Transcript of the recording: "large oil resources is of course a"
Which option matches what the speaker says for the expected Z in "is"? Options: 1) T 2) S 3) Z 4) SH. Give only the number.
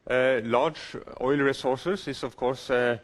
2